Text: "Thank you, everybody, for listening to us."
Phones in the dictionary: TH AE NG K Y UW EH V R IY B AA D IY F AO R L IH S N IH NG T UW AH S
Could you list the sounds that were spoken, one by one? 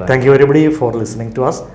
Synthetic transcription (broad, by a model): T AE NG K Y UW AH R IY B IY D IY F AO R L IH S N IH NG T UW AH S